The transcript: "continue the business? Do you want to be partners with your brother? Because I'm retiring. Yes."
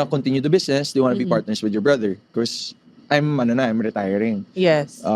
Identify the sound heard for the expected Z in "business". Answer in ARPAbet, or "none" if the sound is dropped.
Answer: S